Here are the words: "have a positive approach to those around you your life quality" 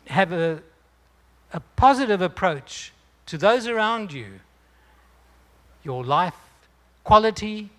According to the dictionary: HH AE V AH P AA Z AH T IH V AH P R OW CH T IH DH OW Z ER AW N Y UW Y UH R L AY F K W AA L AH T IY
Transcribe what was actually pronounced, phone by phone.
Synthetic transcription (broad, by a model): HH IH V AH P AA Z AH T IH V AH P R OW CH T IH DH OW Z ER AW N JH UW Y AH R L AY F K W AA L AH T IY